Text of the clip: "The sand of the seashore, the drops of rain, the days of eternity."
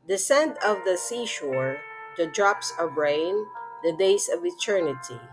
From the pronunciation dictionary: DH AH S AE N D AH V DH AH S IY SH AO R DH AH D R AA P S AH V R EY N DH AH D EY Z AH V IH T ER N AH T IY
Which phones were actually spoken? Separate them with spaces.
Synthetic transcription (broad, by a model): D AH S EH N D AH V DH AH S IY SH AO R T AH D R AA P S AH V R EY N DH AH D EY S AH V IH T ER N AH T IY